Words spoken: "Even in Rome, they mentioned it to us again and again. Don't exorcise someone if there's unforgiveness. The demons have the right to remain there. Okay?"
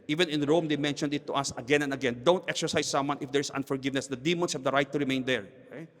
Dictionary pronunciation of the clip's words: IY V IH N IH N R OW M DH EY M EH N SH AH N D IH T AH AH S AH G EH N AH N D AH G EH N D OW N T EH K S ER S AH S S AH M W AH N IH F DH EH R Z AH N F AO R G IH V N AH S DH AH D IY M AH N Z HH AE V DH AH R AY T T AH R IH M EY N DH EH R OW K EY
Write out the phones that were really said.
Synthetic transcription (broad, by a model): IY V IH N IH N R OW M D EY M EH N SH AH N D IH T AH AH S AH G EH N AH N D AH G EH N D OW N T EH K S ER S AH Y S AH M W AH N IH F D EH R S AH N F AO R G IH V N AH S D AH D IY M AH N S HH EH V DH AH R AY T T AH R IH M EY N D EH R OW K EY